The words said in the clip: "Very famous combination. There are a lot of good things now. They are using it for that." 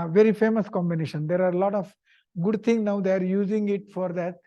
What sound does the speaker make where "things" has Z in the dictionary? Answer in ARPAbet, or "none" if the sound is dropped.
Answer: none